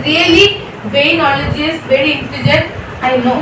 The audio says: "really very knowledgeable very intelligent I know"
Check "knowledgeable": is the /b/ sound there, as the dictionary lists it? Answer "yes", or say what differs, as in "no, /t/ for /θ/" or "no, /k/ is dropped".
no, /b/ is dropped